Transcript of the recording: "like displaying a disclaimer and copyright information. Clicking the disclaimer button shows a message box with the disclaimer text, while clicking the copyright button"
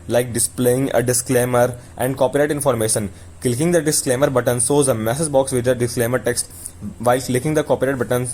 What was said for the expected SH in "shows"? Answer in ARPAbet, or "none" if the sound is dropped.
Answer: S